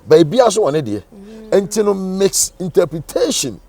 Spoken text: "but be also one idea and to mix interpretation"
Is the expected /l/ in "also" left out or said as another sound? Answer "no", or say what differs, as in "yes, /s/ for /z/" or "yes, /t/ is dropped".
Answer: yes, /l/ is dropped